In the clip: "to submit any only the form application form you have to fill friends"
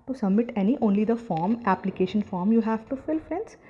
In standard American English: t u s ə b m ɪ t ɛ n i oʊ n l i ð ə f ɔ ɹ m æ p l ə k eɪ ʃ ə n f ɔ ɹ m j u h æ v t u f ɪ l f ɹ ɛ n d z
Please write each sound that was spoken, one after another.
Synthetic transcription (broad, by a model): t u s ə b m ɪ t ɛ n i oʊ n l i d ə f ɔ ɹ m æ p l ə k eɪ ʃ ə n f ɔ ɹ m j u h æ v t u f ɪ l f ɹ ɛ n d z